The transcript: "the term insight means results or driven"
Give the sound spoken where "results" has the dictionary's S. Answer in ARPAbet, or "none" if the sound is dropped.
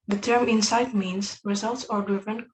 S